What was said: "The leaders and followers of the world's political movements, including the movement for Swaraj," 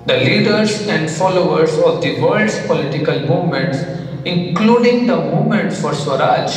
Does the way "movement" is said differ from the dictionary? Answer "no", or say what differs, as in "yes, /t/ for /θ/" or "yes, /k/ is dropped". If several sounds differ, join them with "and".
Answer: yes, /v/ is dropped